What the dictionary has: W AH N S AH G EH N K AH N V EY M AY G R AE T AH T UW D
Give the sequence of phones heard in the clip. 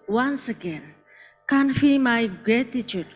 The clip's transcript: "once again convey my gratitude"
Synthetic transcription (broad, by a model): W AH N S AH G EH N K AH N F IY M AY G R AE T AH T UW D